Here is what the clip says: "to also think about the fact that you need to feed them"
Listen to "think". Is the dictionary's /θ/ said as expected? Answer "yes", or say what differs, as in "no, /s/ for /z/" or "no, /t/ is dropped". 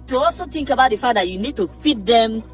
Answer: no, /t/ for /θ/